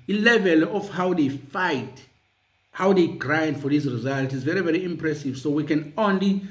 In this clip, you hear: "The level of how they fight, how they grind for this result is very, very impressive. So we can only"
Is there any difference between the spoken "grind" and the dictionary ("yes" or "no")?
no